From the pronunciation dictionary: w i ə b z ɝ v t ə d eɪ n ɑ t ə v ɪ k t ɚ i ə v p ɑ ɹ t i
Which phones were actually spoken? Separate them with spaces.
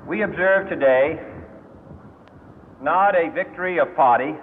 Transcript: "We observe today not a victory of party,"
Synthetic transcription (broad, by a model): w i ə b z ɝ v t ə d eɪ n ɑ t ə v ɪ k t ɚ i ə v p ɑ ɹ t i